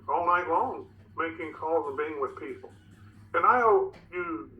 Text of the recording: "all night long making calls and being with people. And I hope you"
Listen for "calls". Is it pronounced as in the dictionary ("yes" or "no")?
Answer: yes